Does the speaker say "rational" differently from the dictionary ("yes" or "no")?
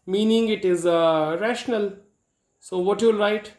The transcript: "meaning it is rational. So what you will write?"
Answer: no